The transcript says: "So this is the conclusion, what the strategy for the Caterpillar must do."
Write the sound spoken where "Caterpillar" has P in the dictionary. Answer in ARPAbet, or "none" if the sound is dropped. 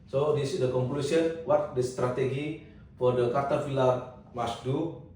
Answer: F